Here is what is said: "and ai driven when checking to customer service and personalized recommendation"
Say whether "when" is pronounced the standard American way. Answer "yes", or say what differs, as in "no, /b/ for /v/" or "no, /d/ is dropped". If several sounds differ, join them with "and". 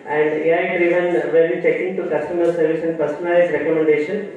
no, /l/ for /n/